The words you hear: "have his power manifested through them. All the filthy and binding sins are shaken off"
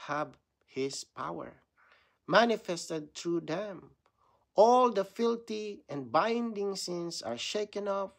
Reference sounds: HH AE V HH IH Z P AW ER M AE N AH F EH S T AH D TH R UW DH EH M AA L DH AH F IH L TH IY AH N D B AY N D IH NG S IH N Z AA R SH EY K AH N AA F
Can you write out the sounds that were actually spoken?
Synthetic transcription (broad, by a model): HH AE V HH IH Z P AW ER M AE N AH F EH S T AH D T R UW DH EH M AA L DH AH F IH L T IY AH N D B AY N D IH NG S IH N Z AA R SH EY K AH N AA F